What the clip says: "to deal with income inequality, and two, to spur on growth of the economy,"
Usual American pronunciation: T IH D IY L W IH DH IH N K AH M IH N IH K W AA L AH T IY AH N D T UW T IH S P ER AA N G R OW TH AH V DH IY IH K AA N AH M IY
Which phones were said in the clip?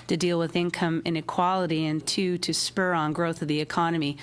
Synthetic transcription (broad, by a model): T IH D IY L W IH DH IH N K AH M IH N IH K W AA L AH T IY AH N T UW T IH S P ER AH N G R OW TH AH V DH IY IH K AA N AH M IY